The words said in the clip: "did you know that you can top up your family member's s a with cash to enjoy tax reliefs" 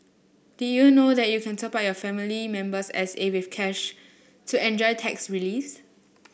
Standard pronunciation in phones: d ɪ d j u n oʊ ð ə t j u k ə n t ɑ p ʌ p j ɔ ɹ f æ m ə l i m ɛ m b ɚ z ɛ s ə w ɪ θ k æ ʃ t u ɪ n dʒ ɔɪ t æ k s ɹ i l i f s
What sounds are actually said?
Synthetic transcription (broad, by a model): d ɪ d j u n oʊ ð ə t j u k ə n s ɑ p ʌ j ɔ f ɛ m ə l i m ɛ m b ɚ s ɛ s ə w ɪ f k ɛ ʃ t u ɪ n dʒ ɔɪ t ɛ k s ɹ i l i s